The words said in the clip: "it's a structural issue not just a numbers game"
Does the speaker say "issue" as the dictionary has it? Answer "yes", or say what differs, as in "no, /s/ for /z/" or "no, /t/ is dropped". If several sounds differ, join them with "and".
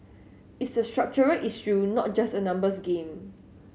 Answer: no, /s/ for /ʃ/